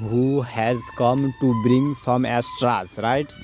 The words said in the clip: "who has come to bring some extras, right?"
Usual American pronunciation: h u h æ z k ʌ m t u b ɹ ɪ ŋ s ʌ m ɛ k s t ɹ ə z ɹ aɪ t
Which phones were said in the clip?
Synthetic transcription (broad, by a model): h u h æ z k ʌ m t u b ɹ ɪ ŋ s ʌ m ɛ s t ɹ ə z ɹ aɪ t